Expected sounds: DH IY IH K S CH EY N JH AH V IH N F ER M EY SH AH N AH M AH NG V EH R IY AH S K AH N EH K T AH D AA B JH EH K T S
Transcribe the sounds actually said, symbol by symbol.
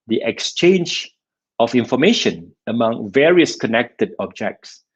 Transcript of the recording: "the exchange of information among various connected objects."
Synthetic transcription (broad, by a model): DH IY IH K S CH EY N JH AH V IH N F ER M EY SH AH N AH M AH NG V EH R IY AH S K AH N EH K T AH D AA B JH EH K T S